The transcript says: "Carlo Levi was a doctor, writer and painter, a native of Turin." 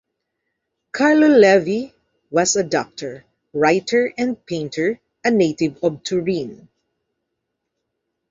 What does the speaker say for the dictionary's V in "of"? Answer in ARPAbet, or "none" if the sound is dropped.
B